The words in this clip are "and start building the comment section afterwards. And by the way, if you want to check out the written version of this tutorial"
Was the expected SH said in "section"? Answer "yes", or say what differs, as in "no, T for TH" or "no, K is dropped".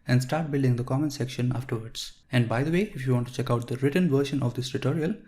yes